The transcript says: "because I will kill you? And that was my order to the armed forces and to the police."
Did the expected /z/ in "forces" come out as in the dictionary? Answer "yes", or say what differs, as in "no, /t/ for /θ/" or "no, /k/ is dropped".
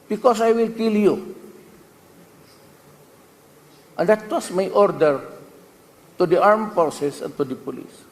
no, /s/ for /z/